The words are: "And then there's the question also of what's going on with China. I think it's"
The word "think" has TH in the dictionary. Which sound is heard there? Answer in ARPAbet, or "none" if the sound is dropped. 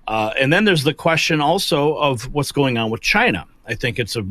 TH